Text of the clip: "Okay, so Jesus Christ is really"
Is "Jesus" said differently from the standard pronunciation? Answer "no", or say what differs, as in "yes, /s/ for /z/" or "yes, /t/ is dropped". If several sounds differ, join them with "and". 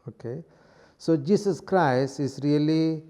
yes, /s/ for /z/